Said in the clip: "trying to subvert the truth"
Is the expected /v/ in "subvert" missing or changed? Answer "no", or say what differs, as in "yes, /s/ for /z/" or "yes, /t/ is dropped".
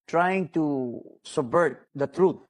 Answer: yes, /v/ is dropped